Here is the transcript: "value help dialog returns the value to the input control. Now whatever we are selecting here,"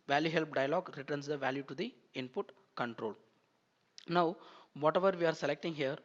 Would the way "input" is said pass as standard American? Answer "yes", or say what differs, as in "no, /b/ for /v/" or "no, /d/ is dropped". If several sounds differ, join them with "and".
yes